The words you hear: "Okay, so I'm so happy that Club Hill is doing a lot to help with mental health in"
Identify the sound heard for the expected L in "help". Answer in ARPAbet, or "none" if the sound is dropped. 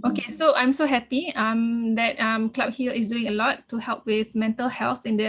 L